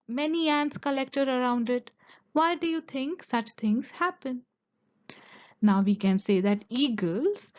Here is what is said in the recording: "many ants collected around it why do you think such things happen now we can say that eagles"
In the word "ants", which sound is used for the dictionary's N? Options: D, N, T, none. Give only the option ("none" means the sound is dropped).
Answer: N